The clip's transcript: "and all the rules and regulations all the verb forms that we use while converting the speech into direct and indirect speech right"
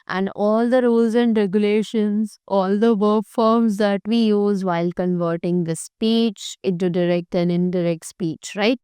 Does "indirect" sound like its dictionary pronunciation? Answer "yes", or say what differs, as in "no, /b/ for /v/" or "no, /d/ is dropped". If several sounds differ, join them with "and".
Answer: yes